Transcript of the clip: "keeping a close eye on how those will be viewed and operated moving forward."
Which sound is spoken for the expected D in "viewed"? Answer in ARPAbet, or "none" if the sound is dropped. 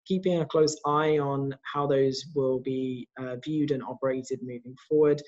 D